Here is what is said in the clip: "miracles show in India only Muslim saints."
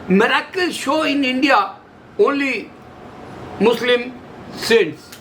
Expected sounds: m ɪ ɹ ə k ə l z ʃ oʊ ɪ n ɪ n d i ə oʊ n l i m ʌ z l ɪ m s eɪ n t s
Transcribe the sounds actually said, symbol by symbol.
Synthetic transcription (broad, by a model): m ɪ ɹ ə k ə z ʃ oʊ ɪ n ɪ n d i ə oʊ l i m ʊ s l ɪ m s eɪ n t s